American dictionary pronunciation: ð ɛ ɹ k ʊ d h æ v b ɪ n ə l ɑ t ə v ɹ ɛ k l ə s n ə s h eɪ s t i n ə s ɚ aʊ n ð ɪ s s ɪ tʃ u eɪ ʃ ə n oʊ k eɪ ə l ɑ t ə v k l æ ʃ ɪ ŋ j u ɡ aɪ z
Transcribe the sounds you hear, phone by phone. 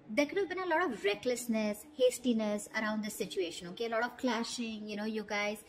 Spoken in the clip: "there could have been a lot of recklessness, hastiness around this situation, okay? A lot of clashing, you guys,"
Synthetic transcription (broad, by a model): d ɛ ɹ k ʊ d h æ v b ɪ n ə l ɑ t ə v ɹ ɛ k l ə s n ə s h eɪ s t i n ə s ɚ aʊ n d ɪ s s ɪ tʃ u eɪ ʃ ə n oʊ k eɪ ə l ɑ t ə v k l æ ʃ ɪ ŋ j u ɡ aɪ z